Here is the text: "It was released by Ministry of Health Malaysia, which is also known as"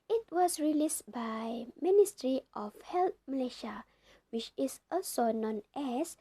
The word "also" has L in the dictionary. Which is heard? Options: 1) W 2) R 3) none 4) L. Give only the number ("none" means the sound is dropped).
3